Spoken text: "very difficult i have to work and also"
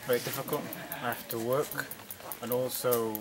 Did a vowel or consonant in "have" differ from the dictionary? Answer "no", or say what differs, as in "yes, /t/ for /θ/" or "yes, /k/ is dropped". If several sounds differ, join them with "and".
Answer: yes, /f/ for /v/